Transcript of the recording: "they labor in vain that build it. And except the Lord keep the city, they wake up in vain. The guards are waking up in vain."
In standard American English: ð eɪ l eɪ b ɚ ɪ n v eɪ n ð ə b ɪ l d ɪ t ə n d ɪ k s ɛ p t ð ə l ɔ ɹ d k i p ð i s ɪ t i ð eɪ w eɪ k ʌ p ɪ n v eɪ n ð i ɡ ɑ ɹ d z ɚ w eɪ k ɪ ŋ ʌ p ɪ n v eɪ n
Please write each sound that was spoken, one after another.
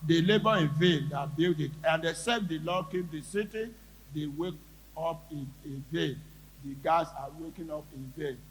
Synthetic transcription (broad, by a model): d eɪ l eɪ b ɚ ɪ n v eɪ n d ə b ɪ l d ɪ t ə n d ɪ s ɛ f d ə l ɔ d k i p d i s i t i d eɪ w eɪ k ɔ p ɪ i v eɪ n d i ɡ ɑ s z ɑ w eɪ k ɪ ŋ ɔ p ɪ n v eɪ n